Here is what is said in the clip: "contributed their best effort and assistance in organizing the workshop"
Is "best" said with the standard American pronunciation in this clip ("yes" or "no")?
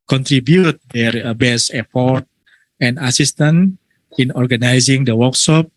no